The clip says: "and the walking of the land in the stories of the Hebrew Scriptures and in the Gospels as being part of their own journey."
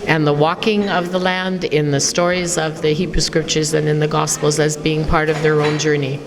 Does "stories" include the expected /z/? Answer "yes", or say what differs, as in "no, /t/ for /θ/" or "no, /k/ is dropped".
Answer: yes